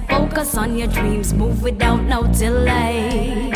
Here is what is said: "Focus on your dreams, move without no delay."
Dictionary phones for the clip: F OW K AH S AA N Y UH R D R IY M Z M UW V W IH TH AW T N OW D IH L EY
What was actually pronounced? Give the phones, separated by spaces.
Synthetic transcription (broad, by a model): F OW K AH S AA N Y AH R D R IY M Z M UW V W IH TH AW T N OW D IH L EY